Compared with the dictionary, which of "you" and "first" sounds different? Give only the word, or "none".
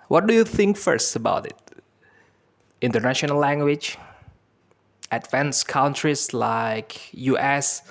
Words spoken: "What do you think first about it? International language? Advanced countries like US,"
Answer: none